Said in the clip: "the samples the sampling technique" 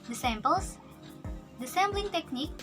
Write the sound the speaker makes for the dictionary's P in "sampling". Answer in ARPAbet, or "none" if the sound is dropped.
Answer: B